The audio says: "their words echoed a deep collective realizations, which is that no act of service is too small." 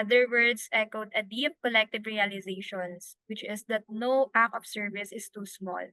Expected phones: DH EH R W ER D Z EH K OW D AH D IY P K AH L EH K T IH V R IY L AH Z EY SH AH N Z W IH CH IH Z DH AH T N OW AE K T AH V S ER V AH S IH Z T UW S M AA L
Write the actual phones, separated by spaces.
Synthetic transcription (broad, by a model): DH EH R W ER D S EH K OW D AH D IY P K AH L EH K T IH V R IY L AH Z EY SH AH N S W IH CH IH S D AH T N OW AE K AH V S ER V AH S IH S T UW S M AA L